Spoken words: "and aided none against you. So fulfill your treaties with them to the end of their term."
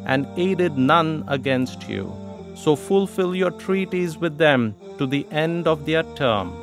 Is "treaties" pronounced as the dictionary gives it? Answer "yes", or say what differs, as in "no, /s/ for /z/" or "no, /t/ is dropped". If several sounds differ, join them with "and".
yes